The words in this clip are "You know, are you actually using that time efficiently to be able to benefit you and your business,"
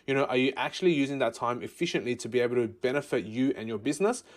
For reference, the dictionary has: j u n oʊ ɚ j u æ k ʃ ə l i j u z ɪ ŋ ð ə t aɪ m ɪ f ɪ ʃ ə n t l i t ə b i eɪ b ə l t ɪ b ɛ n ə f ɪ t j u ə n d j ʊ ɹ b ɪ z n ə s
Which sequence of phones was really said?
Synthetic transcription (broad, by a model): j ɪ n oʊ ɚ j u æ k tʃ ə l i j u z ɪ ŋ ð ə t aɪ m ɪ f ɪ ʃ ə n t l i t ə b i eɪ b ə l t ɪ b ɛ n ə f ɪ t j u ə n j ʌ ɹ b ɪ z n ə s